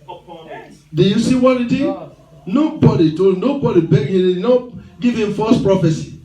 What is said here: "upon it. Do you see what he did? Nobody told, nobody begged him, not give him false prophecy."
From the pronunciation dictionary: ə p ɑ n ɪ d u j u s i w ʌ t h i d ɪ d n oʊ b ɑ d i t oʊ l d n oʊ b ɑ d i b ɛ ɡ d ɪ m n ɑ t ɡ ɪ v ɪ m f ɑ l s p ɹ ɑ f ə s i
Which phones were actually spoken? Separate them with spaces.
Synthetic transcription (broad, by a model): d u j u s i w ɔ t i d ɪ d n oʊ b ɑ d i t oʊ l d n oʊ b ɑ d i b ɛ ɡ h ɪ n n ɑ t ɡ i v ɪ m f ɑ s p ɹ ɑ f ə s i